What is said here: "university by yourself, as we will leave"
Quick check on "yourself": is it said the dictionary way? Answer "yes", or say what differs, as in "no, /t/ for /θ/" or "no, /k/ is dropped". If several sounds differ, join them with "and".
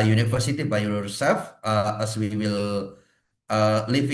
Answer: no, /l/ is dropped